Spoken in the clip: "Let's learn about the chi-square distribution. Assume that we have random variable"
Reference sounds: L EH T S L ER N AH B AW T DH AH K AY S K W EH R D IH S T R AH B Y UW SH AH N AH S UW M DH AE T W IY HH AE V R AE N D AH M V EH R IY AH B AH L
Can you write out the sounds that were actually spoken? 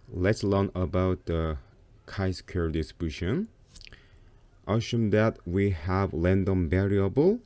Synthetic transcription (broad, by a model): L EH T S L ER N AH B AW T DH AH K AY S K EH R D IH S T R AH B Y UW SH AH N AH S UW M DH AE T W IY HH AE V L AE N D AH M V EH R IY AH B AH L